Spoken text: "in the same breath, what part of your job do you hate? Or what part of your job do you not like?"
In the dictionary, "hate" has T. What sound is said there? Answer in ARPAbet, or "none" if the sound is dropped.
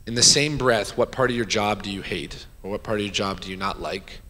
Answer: T